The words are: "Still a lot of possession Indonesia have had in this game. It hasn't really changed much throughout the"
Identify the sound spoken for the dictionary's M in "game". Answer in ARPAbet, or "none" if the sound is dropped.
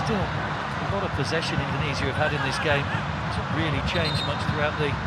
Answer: none